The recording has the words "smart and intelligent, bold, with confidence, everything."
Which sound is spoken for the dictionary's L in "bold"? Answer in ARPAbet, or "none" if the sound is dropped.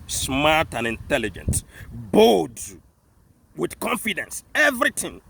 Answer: none